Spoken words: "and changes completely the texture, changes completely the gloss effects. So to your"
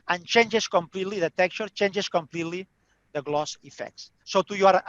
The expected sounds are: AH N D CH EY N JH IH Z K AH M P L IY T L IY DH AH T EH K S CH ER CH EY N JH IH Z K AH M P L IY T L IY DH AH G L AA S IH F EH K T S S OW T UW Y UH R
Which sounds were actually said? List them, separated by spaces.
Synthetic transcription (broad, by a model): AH N CH EY N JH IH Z K AH M P L IY T L IY DH AH T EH K CH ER CH EY N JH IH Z K AH M P L IY T L IY DH AH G L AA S IH F EH K T S S OW T UW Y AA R